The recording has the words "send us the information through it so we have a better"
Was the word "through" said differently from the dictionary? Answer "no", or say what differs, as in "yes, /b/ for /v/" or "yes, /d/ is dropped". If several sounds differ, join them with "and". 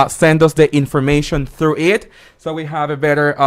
no